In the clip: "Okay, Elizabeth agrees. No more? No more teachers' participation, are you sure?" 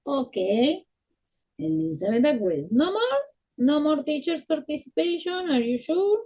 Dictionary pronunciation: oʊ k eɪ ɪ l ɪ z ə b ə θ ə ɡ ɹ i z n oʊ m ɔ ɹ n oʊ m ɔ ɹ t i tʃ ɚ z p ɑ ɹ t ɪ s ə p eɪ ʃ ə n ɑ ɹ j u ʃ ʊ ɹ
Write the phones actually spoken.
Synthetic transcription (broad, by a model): oʊ k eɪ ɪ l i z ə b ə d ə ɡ w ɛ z n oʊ m ɔ ɹ n oʊ m ɔ ɹ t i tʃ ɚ s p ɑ ɹ t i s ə p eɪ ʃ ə n ɑ ɹ j u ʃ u ɹ